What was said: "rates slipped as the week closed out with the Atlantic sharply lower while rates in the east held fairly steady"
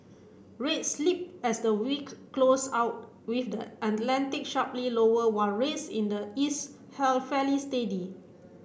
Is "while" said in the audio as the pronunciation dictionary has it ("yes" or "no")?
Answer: no